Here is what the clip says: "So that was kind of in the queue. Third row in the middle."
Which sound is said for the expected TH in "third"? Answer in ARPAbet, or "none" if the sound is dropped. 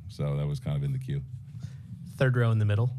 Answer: TH